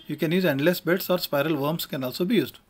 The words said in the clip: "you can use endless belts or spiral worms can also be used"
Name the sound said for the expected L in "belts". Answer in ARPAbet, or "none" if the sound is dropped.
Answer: none